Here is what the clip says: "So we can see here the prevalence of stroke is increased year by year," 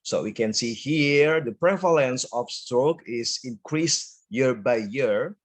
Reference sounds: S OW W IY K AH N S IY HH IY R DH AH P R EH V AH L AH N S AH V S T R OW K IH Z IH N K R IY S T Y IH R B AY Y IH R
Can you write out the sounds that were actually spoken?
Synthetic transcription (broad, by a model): S OW W IY K AH N S IY HH IY R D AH P R EH V AH L AH N S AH F S T R OW K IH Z IH N K R IY S T Y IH R B AY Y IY R